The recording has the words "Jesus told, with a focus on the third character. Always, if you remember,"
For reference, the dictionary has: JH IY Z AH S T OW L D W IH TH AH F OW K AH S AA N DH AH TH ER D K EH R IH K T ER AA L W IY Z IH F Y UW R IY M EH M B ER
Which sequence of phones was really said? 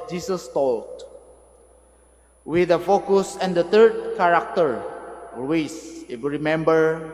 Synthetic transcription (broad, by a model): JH IY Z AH S T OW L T W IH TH AH F OW K AH S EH N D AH T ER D K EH R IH K T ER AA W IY S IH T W R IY M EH M B ER